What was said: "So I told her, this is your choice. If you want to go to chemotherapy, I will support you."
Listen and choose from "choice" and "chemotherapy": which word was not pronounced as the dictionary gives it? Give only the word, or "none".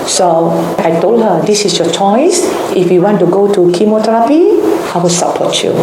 chemotherapy